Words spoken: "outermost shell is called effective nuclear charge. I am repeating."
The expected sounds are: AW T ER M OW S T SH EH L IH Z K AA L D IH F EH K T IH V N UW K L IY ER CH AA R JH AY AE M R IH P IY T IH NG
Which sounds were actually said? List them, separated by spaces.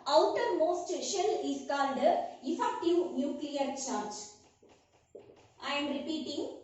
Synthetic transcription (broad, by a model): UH T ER M OW S T SH EH L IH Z K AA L D IH F EH K T IH V N UW K L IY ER CH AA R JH AY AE M R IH P IY T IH NG